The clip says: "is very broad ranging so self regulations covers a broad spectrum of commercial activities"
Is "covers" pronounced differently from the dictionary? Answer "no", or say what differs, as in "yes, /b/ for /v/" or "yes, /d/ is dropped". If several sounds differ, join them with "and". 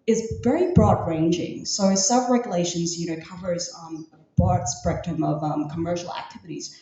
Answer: no